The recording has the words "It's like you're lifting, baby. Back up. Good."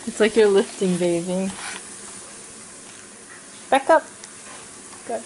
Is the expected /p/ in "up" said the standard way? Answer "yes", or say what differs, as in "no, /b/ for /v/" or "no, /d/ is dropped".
yes